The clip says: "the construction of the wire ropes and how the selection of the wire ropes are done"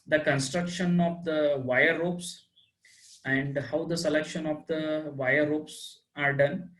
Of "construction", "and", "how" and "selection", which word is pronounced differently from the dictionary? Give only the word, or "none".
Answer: none